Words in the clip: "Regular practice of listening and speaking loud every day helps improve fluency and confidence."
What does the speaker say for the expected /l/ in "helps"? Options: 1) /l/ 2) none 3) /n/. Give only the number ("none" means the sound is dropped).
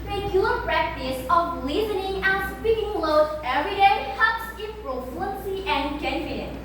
2